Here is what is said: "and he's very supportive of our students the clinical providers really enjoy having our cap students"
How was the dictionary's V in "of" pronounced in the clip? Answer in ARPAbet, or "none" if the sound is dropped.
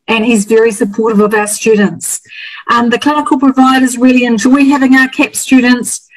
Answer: V